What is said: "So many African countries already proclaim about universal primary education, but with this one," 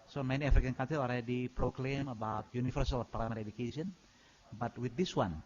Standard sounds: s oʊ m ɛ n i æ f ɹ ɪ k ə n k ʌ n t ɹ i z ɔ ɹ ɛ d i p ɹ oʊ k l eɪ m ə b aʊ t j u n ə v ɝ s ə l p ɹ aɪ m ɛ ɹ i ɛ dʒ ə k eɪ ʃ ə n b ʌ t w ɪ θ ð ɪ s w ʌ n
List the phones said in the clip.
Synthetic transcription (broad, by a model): s oʊ m ɛ n i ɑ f ɹ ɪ k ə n k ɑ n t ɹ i s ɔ l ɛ d i p ɹ oʊ k l eɪ m ə b aʊ t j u n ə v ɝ s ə l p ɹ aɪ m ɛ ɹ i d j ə k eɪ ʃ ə n b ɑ t w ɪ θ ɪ s w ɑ n